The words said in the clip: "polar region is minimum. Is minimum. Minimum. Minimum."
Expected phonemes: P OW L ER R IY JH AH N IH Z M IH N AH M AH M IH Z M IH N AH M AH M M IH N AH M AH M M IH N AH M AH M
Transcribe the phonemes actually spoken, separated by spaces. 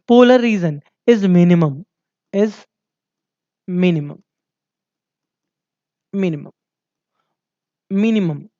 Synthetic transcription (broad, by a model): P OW L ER R IY Z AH N IH Z M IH N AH M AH M IH Z M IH N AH M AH M M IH N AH M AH M M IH N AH M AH M